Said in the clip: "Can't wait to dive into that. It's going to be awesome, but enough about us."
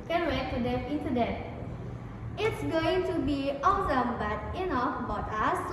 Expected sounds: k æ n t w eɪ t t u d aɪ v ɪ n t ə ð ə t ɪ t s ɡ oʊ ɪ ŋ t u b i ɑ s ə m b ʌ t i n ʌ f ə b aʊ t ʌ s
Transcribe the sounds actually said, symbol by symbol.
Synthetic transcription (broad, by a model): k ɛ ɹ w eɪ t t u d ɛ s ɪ n s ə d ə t ɪ t s ɡ oʊ ɪ ŋ t u b i ɑ s ə m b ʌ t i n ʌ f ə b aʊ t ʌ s